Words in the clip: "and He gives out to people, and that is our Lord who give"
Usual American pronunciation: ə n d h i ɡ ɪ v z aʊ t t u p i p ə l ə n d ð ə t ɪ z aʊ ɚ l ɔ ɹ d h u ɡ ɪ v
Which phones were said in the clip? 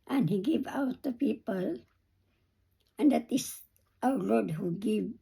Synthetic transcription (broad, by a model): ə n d h i ɡ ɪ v aʊ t t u p i p ə l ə n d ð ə t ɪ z aʊ ɚ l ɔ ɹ d h u ɡ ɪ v